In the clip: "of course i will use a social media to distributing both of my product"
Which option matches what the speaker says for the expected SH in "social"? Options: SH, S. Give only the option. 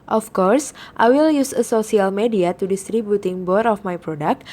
S